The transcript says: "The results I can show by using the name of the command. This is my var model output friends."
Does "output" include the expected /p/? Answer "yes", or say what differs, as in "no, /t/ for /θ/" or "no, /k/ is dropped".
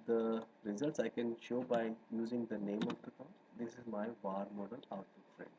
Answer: no, /p/ is dropped